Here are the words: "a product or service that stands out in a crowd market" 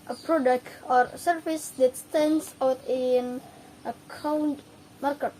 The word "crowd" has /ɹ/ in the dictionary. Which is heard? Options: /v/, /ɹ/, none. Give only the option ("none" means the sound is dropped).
none